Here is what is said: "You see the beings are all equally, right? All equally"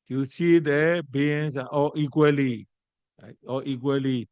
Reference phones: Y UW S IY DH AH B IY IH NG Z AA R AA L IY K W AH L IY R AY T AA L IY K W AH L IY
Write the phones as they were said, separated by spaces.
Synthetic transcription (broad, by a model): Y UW S IY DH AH B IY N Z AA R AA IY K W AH L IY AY AA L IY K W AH L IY